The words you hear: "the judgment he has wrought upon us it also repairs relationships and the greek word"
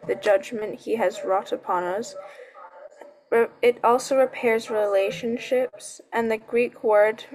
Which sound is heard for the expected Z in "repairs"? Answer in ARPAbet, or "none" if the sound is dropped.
Z